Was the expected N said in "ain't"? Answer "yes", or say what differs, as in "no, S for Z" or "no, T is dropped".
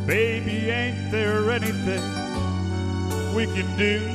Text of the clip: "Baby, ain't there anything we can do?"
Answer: yes